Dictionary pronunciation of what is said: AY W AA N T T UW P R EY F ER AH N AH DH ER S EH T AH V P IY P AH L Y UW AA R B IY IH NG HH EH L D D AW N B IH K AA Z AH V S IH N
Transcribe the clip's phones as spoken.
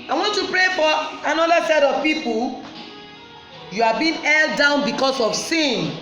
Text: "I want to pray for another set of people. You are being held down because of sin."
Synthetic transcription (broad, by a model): AY W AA N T T UW P R EY F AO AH N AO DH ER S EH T AH V P IY P AH L Y UW AA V B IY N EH L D D AW N B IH K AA S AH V S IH N